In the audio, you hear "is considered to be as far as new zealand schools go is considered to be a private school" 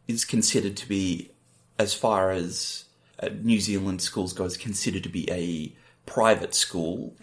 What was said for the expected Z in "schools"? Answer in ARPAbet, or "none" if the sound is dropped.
Z